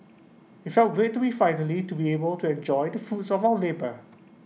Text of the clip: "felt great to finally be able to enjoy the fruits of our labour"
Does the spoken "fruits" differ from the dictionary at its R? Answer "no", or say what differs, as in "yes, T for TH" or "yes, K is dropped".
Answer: yes, R is dropped